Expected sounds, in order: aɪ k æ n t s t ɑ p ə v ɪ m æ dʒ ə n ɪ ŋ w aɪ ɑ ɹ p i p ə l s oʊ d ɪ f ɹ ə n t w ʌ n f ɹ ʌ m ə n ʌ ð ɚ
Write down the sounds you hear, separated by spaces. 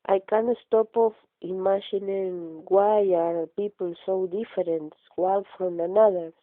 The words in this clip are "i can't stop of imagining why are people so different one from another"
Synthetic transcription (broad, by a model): aɪ k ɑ n s t ɑ p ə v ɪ m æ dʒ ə n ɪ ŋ w aɪ ɑ ɹ p i p ə l s oʊ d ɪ f ɹ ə n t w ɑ l f ɹ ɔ m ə n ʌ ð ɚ